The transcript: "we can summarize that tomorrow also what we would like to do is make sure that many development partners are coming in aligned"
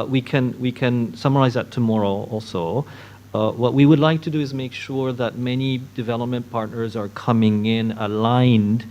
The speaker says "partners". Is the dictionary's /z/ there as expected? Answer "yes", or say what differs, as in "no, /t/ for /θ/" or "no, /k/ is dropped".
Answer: yes